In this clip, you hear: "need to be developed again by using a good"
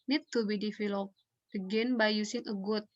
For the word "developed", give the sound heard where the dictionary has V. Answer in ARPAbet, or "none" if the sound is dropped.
F